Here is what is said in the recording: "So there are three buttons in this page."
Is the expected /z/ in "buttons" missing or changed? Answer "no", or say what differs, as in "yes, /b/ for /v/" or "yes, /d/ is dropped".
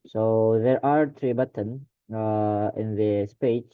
yes, /z/ is dropped